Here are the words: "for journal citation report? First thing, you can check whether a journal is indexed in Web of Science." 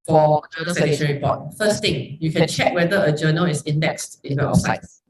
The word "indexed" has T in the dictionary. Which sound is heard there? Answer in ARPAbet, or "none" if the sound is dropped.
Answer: T